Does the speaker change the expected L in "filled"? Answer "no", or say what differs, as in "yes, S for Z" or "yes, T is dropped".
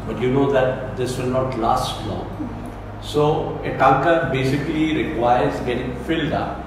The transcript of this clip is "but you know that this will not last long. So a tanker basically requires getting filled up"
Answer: no